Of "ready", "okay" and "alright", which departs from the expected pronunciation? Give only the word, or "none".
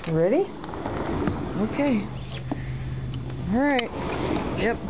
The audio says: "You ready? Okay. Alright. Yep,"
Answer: alright